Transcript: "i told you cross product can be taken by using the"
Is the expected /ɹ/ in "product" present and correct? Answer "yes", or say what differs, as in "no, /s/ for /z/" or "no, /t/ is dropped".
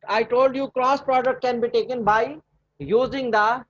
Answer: yes